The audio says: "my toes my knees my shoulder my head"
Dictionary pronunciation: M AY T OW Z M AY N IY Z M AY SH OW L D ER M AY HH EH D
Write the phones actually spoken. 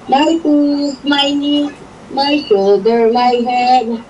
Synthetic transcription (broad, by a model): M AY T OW S M AY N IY M AY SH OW D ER M AY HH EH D